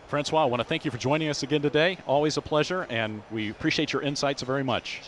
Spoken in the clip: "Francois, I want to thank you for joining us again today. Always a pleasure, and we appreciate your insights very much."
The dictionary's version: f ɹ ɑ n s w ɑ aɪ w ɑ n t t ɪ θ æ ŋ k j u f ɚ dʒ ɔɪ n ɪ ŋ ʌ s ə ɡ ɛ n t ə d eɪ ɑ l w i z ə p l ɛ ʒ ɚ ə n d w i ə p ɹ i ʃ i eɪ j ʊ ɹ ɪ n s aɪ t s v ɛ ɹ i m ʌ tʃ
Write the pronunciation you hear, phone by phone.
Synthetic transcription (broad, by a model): f ɹ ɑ n s w ɑ aɪ w ɑ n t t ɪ θ æ ŋ k j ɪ f ɚ dʒ ɔɪ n ɪ ŋ ʌ s ə ɡ ɛ n t ə d eɪ ɑ l w i z ə p l ɛ ʒ ɚ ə n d w i ə p ɹ i ʃ i eɪ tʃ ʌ ɹ ɪ n s aɪ t s v ɛ ɹ i m ʌ tʃ